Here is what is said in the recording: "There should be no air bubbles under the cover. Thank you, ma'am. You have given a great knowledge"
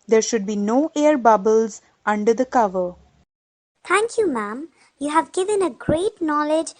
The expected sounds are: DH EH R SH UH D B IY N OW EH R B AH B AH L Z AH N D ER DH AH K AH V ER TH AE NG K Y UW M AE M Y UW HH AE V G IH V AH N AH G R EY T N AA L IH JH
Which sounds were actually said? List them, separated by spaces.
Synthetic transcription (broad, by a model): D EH R SH UH D B IY N OW EH R B AH B AH L Z AH N D ER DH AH K AH V ER T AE NG K Y UW M AE M Y UW HH AE V G IH V AH N AH G R EY T N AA L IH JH